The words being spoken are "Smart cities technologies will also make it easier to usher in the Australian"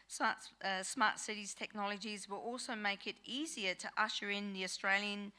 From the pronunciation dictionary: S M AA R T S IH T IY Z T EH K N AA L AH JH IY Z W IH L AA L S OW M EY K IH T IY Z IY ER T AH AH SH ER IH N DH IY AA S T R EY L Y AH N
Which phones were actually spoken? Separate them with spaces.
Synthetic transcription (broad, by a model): S M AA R T S IH T IY Z T EH K N AA L AH JH IY Z W IH L AA L S OW M EY K IH T IY Z IY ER T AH AH SH ER IH N DH IY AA S T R EY L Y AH N